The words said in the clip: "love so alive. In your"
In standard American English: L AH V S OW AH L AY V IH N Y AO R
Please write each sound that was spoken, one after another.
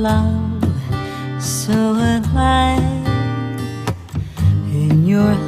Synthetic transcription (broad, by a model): L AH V S OW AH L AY IH N Y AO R